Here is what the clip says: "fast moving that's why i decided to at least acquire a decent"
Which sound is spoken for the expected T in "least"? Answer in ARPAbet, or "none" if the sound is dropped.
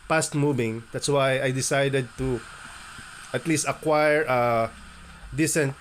T